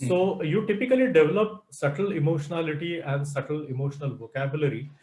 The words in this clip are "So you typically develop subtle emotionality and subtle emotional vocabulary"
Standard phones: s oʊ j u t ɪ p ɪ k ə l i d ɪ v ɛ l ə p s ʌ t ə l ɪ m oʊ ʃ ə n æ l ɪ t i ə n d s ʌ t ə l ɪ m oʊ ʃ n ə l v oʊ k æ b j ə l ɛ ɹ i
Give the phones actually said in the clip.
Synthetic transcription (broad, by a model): s oʊ j u t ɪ p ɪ k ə l i d ɪ v ɛ l ə p s ʌ t ə l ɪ m oʊ ʃ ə n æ l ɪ t i ə n d s ʌ t ə l ɪ m oʊ ʃ n ə l v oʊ k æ b j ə l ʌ ɹ i